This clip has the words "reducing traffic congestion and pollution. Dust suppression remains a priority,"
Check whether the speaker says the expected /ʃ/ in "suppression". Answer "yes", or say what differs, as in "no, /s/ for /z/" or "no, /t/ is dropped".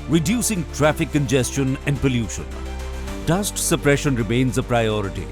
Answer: yes